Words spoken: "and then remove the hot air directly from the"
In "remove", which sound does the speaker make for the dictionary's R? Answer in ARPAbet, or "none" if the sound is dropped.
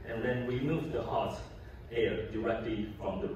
W